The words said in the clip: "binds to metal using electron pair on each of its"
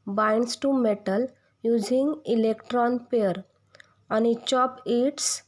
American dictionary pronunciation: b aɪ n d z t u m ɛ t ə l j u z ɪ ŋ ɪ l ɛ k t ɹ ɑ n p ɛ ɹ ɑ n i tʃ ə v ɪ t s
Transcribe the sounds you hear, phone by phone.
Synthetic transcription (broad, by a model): b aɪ n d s t u m ɛ t ə l j u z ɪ ŋ ɪ l ɛ k t ɹ ɑ n p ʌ ɹ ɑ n i tʃ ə p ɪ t s